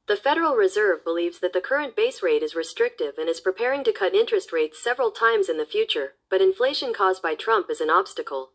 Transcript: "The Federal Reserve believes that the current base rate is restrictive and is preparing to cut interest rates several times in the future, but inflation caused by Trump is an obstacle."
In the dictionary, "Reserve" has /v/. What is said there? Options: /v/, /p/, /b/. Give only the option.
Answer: /v/